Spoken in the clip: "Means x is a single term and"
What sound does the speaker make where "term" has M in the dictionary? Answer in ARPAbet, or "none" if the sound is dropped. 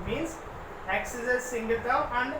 none